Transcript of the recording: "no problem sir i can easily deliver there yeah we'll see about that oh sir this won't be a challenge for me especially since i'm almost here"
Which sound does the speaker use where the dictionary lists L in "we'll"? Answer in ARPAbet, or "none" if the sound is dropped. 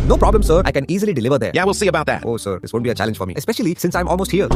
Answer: L